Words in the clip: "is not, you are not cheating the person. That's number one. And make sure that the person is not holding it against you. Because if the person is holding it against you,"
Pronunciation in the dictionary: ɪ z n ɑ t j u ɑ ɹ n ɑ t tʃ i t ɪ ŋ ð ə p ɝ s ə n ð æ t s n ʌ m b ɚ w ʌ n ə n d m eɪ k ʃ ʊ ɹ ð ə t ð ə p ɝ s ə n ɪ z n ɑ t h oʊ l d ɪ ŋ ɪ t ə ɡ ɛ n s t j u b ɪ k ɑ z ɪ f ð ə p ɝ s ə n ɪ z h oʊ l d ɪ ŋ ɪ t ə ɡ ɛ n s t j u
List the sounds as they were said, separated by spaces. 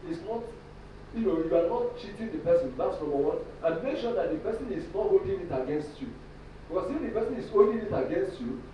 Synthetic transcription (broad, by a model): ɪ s n ɑ t j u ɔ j n ɑ t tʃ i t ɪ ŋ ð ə p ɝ s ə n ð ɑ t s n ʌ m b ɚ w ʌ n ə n m eɪ k ʃ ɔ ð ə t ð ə p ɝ s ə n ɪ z n ɑ t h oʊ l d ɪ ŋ ɪ t ə ɡ ɛ n s t j u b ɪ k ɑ s ɪ f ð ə p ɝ s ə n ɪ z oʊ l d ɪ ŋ ɪ t ə ɡ ɛ n s t j u